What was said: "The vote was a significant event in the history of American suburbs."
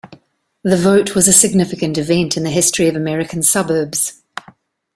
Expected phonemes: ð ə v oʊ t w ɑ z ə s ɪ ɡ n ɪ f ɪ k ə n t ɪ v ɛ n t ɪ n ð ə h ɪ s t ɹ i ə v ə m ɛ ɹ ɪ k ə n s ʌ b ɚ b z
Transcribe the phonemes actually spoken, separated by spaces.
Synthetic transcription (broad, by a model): ð ə v oʊ t w ɑ z ə s ɪ ɡ n ɪ f ɪ k ə n t ɪ v ɛ n t ɪ n ð ə h ɪ s t ɹ i ə v ə m ɛ ɹ ɪ k ə n s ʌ b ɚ b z